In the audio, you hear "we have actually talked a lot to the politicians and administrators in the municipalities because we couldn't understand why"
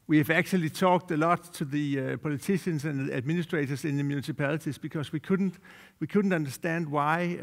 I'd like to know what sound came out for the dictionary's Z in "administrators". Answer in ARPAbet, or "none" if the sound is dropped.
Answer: S